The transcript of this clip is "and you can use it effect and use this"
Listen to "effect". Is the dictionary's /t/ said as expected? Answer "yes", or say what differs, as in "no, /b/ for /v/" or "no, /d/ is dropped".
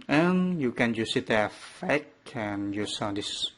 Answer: no, /t/ is dropped